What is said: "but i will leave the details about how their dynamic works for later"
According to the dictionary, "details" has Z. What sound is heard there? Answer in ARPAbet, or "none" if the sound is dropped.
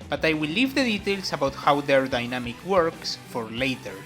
S